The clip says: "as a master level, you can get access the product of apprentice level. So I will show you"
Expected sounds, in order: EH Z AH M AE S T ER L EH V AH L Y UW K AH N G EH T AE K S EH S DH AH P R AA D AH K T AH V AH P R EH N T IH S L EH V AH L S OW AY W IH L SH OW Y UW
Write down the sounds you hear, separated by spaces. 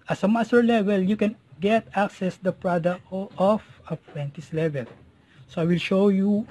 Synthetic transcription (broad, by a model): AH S AH M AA S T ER L EH V AH L Y UW K AH N G EH T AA K S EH S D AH P R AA D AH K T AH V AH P W EH N T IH S L EH V AH L S OW AY W IH L SH OW Y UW